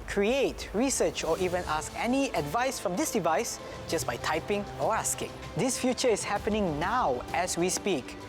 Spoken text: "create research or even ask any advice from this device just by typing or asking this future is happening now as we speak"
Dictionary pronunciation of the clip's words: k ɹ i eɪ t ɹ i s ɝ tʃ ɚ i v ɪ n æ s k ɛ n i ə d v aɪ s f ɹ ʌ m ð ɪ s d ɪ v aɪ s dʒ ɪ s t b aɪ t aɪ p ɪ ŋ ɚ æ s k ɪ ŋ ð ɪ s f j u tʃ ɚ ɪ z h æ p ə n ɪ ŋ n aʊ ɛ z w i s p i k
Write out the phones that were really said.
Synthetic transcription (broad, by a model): k ɹ i eɪ t ɹ i s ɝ tʃ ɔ i v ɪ n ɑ s k ɛ n i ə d v aɪ s f ɹ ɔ m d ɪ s d ɪ v aɪ s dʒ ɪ s b aɪ t aɪ p ɪ ŋ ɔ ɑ s k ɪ ŋ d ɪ s f j u tʃ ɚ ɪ s h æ p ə n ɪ ŋ n aʊ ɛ s w i s p i k